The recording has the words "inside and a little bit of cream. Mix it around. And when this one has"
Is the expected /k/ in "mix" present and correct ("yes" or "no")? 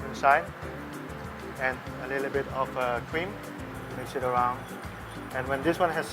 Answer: no